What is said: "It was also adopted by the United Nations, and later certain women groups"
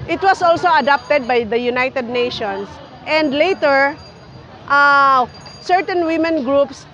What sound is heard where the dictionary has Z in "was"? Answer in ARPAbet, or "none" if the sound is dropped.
S